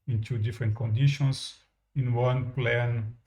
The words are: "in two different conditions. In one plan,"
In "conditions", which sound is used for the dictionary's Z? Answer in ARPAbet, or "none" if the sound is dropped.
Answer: S